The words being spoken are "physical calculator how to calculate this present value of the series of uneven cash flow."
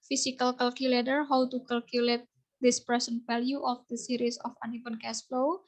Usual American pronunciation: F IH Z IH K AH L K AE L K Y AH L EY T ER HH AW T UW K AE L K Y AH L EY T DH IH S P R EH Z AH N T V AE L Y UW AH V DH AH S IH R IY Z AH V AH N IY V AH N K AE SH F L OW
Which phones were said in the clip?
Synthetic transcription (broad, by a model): F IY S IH K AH L K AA L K Y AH L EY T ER HH AW T UW K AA L K Y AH L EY T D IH S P R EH S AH N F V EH L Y UW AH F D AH S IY R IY S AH F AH N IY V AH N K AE S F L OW